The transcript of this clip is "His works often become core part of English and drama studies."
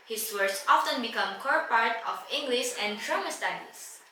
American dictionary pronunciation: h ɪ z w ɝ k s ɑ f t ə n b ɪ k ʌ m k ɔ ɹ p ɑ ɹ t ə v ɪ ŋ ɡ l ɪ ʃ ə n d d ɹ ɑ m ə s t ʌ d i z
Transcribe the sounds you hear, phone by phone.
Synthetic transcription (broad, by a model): h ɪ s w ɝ s ɑ f t ə n b ɪ k ʌ m k ɔ ɹ p ɑ ɹ t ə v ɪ ŋ ɡ l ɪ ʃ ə n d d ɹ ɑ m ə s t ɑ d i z